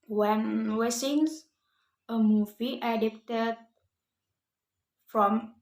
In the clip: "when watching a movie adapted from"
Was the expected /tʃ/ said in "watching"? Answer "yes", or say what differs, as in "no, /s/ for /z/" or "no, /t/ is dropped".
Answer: no, /s/ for /tʃ/